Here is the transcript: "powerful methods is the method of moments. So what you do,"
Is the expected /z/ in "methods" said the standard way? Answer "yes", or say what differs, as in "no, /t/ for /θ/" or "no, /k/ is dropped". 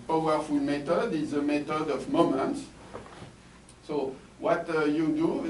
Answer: no, /z/ is dropped